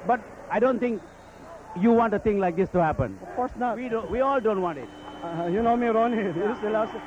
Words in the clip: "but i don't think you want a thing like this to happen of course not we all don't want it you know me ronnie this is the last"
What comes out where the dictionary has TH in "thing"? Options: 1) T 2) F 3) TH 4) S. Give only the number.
1